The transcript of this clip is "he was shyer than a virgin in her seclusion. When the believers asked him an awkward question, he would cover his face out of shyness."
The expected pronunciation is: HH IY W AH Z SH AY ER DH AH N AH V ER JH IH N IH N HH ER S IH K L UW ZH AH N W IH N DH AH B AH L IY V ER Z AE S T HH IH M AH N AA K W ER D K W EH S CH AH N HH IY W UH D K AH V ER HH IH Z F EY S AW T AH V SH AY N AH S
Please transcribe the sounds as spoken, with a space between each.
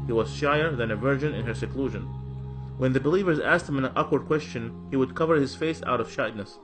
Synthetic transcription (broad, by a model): HH IY W AH Z SH AY ER DH AH N AH V ER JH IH N IH N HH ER S IH K L UW ZH AH N W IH N DH AH B AH L IY V ER Z AE S T HH IH M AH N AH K W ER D K W EH S CH AH N HH IY W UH D K AH V ER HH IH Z F EY S AW T AH V SH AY N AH S